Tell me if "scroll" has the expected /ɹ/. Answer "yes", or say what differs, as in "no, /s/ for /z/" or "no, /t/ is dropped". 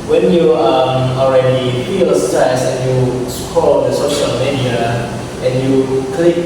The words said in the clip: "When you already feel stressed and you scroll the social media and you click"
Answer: no, /ɹ/ is dropped